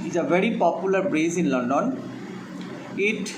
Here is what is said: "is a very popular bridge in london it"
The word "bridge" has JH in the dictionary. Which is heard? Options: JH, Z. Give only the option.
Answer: Z